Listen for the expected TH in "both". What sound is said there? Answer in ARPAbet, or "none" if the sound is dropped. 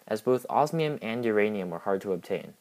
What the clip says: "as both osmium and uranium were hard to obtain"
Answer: TH